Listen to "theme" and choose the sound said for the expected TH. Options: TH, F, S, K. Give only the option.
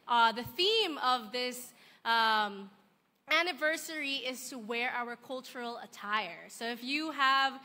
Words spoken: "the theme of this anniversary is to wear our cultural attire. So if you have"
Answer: TH